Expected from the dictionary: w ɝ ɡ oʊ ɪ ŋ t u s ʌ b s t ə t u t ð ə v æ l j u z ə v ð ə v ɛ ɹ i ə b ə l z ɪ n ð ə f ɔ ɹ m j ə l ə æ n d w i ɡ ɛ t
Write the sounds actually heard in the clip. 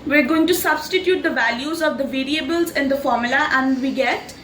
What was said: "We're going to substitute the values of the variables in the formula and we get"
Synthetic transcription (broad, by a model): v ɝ ɡ oʊ ɪ ŋ t u s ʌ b s t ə t u t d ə v æ l j u z ə v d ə v ɛ ɹ i ə b ə l z ɪ n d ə f ɔ ɹ m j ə l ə æ n d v i ɡ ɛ t